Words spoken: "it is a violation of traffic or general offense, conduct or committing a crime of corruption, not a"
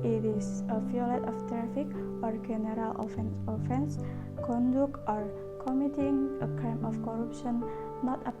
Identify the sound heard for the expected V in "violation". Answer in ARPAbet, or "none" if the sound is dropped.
F